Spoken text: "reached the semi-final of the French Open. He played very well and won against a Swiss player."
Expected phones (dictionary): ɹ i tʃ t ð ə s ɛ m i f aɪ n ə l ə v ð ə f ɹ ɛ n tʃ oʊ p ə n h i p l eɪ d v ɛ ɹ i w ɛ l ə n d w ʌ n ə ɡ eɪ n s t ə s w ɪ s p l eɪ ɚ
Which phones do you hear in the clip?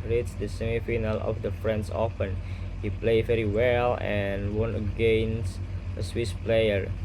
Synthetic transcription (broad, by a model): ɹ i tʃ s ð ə s ɛ m i f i n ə l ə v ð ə f ɹ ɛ n s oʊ f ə n h i p l eɪ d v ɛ ɹ i w ɛ l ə n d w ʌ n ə ɡ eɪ n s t ə s w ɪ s p l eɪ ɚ